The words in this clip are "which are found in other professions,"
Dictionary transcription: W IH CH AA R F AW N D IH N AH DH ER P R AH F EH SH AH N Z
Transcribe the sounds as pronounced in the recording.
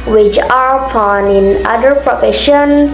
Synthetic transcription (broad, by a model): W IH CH AA R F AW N IH N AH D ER P R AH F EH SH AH N